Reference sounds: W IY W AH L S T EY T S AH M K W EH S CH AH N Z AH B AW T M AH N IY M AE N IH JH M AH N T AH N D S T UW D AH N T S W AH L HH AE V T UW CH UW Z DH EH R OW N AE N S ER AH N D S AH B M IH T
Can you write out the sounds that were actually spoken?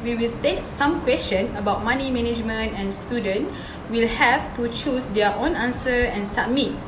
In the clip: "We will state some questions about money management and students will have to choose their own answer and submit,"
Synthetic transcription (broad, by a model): W IY W AH L T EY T S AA M K W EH S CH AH N AH B AW T M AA N IY M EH N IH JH M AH N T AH N S T UW D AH N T W AH L HH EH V T UW CH UW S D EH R OW N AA N S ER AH N S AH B M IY T